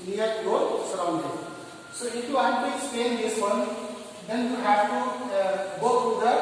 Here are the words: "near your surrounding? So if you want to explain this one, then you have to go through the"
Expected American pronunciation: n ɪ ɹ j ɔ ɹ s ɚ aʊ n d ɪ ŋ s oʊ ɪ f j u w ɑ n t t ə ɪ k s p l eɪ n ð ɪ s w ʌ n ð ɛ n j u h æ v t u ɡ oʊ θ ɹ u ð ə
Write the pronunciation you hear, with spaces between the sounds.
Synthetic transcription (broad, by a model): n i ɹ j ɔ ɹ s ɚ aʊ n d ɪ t s oʊ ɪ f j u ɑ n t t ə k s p eɪ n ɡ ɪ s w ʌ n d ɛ n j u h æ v t u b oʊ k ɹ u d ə